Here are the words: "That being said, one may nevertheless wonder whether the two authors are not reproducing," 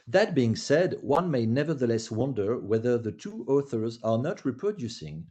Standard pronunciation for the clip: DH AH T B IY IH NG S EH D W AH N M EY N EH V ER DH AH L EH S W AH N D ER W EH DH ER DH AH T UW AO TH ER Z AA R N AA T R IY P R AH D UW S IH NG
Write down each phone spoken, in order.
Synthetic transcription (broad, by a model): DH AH T B IY IH NG S EH D W AH N M EY N EH V ER DH AH L EH S W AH N D ER W EH DH ER DH AH T UW AO TH ER Z AA R N AA T R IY P R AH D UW S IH NG